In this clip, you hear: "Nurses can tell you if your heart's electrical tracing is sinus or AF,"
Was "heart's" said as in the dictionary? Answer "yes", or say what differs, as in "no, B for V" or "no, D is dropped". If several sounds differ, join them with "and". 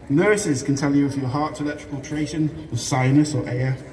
no, S is dropped